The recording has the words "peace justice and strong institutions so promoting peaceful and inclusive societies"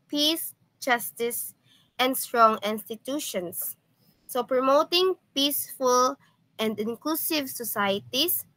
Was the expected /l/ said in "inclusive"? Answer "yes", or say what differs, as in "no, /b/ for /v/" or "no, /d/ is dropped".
yes